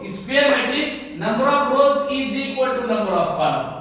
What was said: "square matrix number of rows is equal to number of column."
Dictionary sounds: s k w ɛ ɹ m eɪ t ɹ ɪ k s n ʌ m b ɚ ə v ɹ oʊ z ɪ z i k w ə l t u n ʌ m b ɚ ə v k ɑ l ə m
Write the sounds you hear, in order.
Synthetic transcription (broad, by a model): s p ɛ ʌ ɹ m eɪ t ɪ s n ʌ m b ɚ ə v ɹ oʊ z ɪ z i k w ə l t u n ʌ m b ɚ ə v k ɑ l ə